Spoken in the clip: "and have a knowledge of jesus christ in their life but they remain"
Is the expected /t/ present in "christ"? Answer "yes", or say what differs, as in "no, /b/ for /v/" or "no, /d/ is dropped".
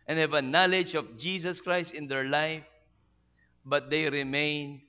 yes